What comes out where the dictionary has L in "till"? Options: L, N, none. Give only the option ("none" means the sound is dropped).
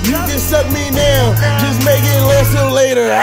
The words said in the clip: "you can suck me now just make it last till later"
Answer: N